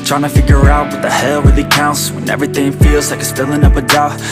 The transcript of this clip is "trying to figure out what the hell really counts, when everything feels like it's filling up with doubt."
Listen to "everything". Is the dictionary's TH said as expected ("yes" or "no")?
yes